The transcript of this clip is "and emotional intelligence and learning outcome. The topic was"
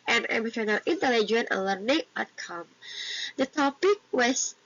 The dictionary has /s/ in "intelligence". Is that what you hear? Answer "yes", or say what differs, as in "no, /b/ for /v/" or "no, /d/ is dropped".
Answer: no, /s/ is dropped